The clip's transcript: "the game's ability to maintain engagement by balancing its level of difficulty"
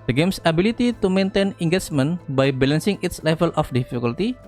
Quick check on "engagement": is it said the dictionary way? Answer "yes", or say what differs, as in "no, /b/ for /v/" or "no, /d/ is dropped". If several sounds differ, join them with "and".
no, /tʃ/ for /dʒ/